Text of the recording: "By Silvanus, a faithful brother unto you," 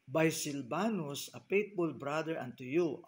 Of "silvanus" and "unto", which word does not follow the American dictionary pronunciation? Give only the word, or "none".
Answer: silvanus